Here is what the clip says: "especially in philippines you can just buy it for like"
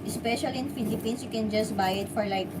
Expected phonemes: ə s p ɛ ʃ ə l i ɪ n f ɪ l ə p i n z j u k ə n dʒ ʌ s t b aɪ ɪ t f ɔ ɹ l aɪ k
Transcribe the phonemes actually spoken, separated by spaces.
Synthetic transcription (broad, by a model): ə s p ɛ ʃ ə l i ɪ n f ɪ l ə p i n s j u k ə n dʒ ʌ s t b aɪ ɪ t f ɔ ɹ l aɪ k